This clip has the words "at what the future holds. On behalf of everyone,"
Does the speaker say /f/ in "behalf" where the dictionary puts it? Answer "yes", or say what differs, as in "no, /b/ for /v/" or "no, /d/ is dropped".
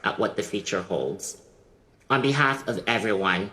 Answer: yes